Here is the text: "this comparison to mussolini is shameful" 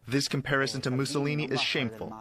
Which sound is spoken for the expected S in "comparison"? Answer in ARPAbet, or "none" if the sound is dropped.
S